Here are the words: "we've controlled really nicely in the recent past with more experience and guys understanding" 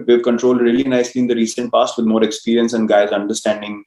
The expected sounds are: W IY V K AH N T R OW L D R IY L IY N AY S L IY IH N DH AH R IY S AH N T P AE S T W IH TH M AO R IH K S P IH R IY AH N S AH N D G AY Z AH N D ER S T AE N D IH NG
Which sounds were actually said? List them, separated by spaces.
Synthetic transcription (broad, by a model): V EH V K AH N T R OW L D R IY L IY N AY S L IY IH N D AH R IY S AH N T P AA S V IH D M AO R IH K S P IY R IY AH N S AH N D G AY Z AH N D ER S T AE N D IH NG